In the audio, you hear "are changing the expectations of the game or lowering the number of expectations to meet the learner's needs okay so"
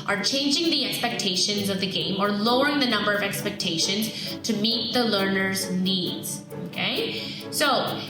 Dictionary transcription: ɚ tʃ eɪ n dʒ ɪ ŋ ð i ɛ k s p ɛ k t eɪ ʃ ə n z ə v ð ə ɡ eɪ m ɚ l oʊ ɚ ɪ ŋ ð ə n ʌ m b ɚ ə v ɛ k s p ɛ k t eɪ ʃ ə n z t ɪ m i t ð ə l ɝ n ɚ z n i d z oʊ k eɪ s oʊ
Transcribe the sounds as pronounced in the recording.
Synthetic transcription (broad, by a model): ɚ tʃ eɪ n dʒ ɪ ŋ ð i ɛ k s p ɛ k t eɪ ʃ ə n z ə v ð ə ɡ eɪ m ɚ l oʊ ɚ ɪ ŋ ð ə n ʌ m b ɚ ə v ɛ k s p ɛ k t eɪ ʃ ə n z t ɪ m i t ð ə l ɝ n ɚ z n i d z oʊ k eɪ s oʊ